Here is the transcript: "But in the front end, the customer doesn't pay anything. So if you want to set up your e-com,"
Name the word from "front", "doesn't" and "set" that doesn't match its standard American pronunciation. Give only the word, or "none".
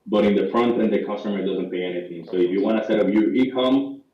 none